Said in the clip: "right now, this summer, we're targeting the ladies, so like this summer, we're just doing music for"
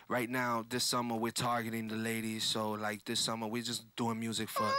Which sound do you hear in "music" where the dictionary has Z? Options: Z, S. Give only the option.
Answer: Z